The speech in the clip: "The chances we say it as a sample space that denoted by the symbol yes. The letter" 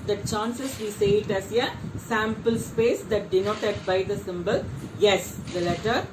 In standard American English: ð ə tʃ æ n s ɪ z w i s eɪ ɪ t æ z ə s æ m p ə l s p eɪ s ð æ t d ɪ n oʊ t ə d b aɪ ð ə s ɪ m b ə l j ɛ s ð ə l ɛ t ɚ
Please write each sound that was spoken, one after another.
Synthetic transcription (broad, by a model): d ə tʃ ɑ n s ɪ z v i s eɪ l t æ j ə s æ m p ə l s p eɪ s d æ t d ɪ n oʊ t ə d b aɪ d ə s ɪ m b ə l j ɛ s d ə l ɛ t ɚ